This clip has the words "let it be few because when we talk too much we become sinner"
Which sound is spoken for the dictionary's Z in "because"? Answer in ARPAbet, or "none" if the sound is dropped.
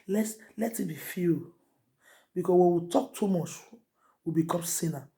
S